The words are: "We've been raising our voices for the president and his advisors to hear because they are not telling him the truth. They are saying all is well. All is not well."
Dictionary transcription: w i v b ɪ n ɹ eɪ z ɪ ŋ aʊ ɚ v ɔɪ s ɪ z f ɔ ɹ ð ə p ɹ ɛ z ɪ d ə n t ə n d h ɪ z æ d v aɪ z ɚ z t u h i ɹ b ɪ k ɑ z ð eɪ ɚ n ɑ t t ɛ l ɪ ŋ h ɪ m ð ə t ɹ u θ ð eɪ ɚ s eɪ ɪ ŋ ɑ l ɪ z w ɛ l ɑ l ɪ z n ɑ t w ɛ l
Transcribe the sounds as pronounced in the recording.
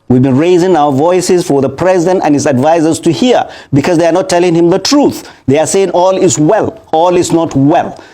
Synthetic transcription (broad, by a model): w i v b ɪ n ɹ eɪ z ɪ ŋ aʊ ɚ v ɔɪ s ɪ z f ɔ ɹ ð ə p ɹ ɛ z ɪ d ə n t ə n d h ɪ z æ d v aɪ z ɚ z t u h i ɹ b ɪ k ɑ z ð eɪ ɚ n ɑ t t ɛ l ɪ ŋ h ɪ m ð ə t ɹ u θ ð eɪ ɚ s eɪ ɪ ŋ ɑ l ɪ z w ɛ l ɑ l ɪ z n ɑ t w ɛ l